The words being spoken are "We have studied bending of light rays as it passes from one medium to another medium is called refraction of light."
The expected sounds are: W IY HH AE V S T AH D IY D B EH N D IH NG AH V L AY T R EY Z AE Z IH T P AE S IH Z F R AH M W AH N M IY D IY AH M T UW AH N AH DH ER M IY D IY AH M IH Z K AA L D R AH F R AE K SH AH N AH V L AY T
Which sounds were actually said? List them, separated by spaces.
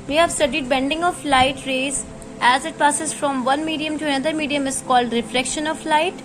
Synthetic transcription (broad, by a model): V IY HH AE V S T AH D IY D B EH N D IH NG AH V L AY T R EY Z AE Z IH T P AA S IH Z F R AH M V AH N M IY D IY AH M T UW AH N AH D ER M IY D IY AH M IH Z K AA L D R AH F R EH K SH AH N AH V L AY T